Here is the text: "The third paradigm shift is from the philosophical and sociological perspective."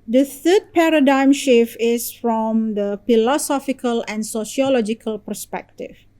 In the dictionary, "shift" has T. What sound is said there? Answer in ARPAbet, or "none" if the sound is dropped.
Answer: none